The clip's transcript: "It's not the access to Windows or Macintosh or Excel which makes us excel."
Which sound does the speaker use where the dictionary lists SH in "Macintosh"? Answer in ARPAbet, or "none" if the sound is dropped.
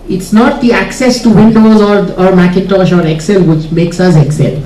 SH